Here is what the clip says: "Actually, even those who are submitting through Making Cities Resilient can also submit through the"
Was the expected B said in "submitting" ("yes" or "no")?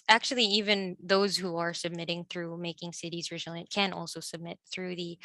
yes